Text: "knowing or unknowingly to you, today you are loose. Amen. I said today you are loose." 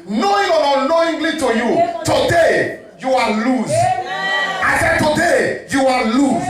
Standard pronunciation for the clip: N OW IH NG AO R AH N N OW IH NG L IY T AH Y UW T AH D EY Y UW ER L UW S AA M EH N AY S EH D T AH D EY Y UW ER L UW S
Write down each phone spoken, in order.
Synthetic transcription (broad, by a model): N OW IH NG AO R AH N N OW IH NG L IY T AH Y UW T AH D EY Y UW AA L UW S AA IH S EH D T AH D EY Y UW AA L UW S